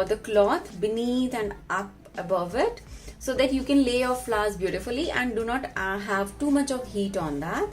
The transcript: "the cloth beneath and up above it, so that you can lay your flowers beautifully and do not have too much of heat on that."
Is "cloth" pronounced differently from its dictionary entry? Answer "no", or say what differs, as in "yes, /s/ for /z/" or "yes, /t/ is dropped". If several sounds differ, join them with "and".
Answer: yes, /t/ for /θ/